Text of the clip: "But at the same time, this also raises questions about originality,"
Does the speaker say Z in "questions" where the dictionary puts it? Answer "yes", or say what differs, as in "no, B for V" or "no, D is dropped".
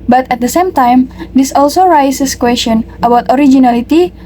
no, Z is dropped